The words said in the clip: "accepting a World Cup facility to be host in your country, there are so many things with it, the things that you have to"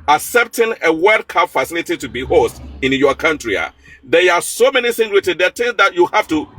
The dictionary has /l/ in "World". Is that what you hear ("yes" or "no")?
no